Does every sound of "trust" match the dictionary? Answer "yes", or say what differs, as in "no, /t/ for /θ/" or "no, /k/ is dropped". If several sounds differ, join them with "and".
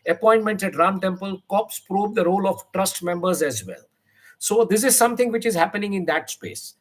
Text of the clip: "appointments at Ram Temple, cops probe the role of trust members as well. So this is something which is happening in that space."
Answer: yes